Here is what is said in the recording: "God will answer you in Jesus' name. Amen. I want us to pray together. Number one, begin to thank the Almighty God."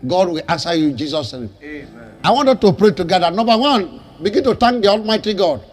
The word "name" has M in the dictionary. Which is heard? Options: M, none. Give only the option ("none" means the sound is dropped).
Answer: none